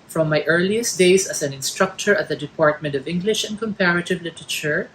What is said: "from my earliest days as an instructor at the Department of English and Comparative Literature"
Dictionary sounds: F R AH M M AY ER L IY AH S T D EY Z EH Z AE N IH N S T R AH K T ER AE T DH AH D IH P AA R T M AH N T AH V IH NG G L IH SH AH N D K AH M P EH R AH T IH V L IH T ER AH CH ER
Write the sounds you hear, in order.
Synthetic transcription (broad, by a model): F R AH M M AY ER L IY AH S T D EY S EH S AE N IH N S T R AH K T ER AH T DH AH D IH P AA R T M AH N T AH V IH NG G L IH SH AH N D K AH M P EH R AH T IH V L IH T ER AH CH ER